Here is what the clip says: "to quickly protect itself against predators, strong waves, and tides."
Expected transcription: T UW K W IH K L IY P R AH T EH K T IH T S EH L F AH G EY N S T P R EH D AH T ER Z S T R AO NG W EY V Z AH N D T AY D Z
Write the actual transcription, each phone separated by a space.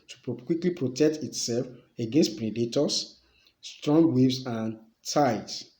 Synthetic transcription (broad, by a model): T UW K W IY K L IY P R AH T EH K T IH T S EH L F AH G EY N S T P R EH D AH T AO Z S T R AO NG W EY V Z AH N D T AY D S